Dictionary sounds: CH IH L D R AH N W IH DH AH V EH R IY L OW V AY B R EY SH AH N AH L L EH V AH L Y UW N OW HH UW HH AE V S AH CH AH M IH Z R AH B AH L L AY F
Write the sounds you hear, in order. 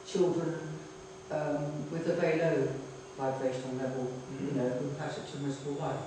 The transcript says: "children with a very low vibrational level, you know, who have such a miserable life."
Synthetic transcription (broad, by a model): CH IH L D R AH N W IH DH AH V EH IY L OW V AY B R EY SH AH N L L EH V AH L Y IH N OW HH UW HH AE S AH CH AH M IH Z AH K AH L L AY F